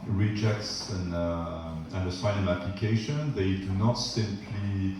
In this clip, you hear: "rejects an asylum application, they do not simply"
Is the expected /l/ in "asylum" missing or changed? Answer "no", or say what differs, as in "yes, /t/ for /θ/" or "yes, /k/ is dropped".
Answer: yes, /n/ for /l/